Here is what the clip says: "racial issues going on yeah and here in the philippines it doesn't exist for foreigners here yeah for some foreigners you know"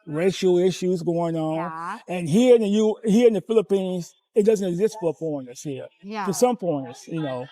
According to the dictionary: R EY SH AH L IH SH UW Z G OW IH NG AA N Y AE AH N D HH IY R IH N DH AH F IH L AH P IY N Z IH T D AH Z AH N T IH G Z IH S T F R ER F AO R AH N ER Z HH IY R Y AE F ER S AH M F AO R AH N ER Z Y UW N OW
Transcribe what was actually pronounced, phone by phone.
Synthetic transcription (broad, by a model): R EY SH L IH SH UW Z G OW IH NG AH N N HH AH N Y HH IY R IH N DH AH F IH L AH P IY N Z IH T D AH Z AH N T IH G Z IH S T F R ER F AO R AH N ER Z HH IY R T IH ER S AH M P AO AH N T Y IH N OW